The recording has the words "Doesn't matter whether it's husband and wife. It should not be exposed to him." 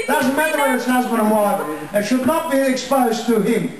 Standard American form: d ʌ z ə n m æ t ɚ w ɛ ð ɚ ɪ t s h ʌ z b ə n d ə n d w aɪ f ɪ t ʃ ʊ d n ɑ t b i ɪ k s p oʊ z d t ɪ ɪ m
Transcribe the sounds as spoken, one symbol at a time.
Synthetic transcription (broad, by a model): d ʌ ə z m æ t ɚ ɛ ɚ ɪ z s h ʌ z b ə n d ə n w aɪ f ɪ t ʃ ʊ d n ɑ t b i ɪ k s p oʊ z t ɪ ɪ m